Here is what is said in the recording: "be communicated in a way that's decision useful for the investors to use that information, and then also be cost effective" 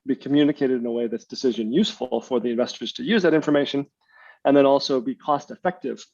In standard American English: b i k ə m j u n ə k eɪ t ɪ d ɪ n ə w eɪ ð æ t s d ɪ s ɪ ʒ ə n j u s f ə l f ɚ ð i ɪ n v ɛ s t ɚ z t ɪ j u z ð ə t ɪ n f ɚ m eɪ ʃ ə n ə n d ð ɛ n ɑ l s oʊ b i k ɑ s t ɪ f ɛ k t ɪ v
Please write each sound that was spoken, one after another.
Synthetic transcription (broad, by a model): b i k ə m j u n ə k eɪ t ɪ d ɪ n ə w eɪ ð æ t s d ɪ s ɪ ʒ ə n j u s f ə l f ɚ ð i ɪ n v ɛ s t ɚ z t ɪ j u z ð ə t ɪ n f ɚ m eɪ ʃ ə n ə n ð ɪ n ɑ l s oʊ b i k ɑ s t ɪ f ɛ k t ɪ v